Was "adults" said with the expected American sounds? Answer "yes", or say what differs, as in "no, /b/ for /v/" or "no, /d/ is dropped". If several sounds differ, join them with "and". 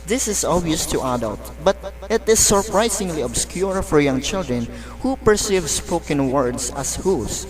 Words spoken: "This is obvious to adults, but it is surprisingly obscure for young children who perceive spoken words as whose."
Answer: no, /s/ is dropped